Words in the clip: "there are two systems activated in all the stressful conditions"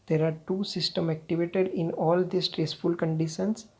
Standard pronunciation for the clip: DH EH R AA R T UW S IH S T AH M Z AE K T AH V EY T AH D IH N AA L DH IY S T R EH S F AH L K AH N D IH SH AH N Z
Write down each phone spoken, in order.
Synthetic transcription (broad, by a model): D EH R AA R T UW S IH S T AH M AE K T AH V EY T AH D IH N AA L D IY S T R EH S F AH L K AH N D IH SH AH N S